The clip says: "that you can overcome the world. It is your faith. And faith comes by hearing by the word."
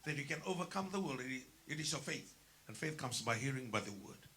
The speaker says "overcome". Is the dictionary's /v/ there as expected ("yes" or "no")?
yes